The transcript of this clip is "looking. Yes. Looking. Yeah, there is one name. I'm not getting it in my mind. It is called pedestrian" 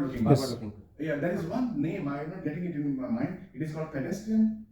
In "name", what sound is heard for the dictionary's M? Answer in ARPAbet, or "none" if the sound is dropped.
M